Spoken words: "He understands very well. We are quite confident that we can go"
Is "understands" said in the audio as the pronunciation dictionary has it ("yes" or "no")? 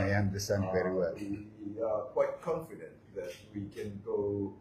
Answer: no